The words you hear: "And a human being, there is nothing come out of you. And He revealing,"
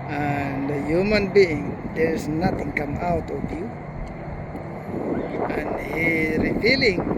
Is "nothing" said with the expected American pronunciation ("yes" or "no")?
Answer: no